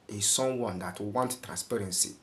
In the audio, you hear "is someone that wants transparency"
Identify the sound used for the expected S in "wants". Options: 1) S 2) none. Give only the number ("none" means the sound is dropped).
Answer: 2